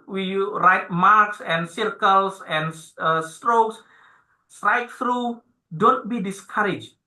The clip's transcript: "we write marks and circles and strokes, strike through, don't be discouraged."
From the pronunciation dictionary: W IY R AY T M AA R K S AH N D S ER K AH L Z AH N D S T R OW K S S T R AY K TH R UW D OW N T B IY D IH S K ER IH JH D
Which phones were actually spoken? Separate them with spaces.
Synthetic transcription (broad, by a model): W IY R AY T M AA R K S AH N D S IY K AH L S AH N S S T R OW K S S T R AY K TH R UW D OW N T B IY D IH S K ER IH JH